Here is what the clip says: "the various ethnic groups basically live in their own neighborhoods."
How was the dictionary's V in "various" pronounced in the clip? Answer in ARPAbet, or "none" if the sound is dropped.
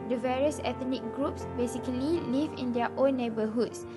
V